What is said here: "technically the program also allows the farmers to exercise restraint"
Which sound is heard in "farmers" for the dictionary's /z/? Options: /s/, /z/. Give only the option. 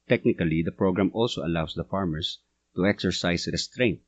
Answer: /s/